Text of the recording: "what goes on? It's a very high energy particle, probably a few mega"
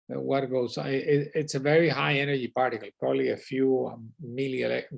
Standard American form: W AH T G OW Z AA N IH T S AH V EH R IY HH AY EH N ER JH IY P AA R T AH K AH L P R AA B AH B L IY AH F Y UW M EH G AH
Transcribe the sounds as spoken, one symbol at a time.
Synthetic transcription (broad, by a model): W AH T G OW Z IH IH T S AH V EH R IY HH AY EH N ER JH IY P AA R T AH K AH L P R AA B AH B L IY AH F Y UW M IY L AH